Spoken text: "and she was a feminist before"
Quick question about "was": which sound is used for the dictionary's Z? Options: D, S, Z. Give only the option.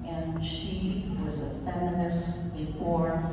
Z